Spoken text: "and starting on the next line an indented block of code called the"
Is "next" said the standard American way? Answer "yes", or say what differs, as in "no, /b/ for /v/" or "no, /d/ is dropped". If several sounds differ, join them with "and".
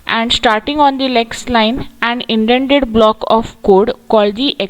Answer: no, /l/ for /n/